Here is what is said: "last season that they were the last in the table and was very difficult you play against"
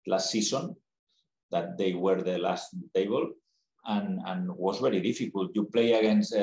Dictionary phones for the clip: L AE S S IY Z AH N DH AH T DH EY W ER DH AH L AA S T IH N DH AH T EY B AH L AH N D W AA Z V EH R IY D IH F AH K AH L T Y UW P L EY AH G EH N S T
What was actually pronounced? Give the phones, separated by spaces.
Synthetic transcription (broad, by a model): L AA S S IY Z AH N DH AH T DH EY W ER DH AH L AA S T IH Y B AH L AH N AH N W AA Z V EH R IY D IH F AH K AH L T Y UW P L EY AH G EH N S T